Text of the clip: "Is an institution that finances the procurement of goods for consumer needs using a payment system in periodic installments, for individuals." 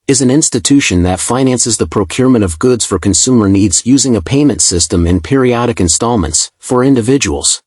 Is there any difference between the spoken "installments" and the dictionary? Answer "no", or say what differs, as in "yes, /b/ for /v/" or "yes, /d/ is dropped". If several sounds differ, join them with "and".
no